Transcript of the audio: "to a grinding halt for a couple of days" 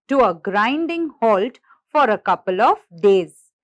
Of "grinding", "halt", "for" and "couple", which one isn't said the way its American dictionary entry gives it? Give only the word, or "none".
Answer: none